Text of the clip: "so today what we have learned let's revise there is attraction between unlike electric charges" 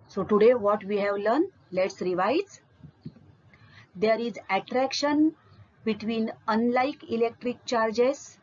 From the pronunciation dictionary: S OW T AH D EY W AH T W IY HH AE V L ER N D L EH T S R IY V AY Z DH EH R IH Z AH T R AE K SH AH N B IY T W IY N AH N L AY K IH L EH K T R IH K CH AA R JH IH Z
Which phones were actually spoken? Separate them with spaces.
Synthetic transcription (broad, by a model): S OW T AH D EY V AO T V IY HH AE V L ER N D L EH T S R IY V AY Z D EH R IH Z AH T R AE K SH AH N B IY T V IY N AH N L AY K IH L EH K T R IH K CH AA R JH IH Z